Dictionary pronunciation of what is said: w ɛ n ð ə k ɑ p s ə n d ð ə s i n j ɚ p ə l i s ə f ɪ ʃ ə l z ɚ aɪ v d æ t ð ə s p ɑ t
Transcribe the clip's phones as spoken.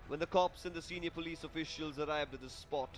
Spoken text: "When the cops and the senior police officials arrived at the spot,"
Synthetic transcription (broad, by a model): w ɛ n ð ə k ɑ p s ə n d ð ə s i n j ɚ p ə l i s ə f ɪ ʃ ə l z ɚ aɪ v d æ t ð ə s p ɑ t